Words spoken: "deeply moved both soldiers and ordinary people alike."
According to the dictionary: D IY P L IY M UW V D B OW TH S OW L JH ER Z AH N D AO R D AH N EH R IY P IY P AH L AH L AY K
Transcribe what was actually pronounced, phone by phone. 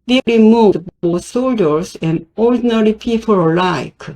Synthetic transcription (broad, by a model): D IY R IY M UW D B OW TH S OW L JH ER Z AH N D AO R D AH N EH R IY P IY P AH L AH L AY K